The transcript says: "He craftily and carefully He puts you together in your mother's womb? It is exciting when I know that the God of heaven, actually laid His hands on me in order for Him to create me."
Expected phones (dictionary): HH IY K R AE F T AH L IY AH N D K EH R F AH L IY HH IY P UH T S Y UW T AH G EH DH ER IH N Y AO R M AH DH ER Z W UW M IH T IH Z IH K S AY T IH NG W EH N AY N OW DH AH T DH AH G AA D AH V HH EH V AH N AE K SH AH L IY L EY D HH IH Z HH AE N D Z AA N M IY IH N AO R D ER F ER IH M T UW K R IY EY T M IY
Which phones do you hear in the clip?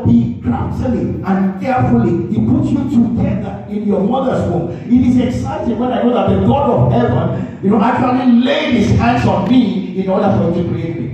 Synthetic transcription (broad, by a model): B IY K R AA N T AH L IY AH N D K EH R F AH L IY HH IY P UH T Y UW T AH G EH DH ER IH N Y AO M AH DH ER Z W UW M IH T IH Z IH K S AY T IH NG W EH N AY N OW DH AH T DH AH G AA D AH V HH EH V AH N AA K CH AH L IY L EY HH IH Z HH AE N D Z AA N M IY IH N AO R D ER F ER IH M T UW K R IY EY T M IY